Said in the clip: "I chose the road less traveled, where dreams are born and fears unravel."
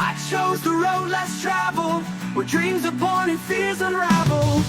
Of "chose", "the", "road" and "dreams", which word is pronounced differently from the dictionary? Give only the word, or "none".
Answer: none